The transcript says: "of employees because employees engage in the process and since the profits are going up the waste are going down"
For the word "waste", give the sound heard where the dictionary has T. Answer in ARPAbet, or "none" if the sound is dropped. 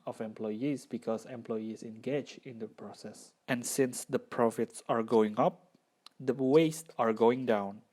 T